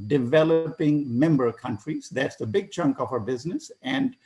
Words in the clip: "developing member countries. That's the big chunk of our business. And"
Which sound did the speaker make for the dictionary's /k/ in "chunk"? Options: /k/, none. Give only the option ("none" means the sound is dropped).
/k/